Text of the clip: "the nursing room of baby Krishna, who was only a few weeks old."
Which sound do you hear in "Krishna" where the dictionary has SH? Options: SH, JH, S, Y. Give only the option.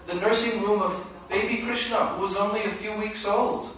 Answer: SH